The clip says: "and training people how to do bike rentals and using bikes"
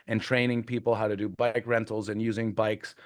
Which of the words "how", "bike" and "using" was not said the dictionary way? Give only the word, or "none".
none